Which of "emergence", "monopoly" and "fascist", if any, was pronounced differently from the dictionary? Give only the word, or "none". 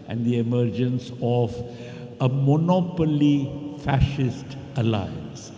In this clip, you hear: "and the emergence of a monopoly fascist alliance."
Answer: none